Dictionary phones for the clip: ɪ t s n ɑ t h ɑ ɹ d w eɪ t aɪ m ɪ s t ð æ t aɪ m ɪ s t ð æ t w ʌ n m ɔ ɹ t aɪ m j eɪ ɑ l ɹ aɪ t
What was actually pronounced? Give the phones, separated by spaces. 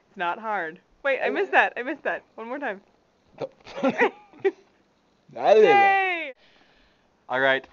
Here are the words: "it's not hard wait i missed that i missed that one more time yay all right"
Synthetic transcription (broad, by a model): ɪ t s n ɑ t h ɑ ɹ d w eɪ t aɪ m ɪ s ð æ t aɪ m ɪ s ð æ t w ʌ n m ɔ ɹ t aɪ m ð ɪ ɑ l ɹ aɪ t